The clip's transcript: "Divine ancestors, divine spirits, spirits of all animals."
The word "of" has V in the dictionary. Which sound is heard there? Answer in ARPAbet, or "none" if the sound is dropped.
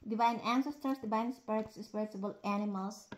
B